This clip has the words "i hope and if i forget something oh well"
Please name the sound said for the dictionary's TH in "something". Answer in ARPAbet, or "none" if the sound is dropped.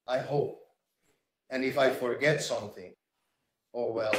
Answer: TH